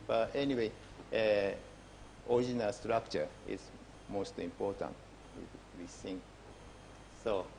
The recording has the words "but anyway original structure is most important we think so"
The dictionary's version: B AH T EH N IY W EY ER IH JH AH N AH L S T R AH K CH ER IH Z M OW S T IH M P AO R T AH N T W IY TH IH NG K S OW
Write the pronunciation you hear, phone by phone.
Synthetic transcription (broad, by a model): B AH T EH N IY W EY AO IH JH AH N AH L S T R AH K CH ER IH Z M OW S T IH M P AO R T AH N T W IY S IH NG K S OW